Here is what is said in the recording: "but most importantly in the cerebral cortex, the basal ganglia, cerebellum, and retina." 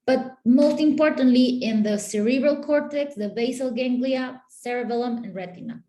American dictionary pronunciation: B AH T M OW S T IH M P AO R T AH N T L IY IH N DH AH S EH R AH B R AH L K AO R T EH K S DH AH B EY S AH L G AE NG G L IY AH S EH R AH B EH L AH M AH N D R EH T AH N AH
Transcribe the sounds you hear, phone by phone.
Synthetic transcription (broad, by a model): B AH T M OW S T IH M P AO R T AH N T L IY IH N DH AH S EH R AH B R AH L K AO R T EH K S DH AH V EY S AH L G AE NG G L IY AH S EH R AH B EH L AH M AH N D R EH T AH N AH